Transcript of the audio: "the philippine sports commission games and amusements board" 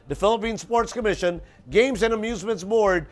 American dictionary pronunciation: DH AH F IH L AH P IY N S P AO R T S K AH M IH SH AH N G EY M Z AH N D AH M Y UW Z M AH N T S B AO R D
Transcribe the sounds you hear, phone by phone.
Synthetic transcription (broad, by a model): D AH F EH L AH P IY N S P AO R T S K AH M IH SH AH N G EY M Z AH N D AH M Y UW Z M AH N T S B AO R D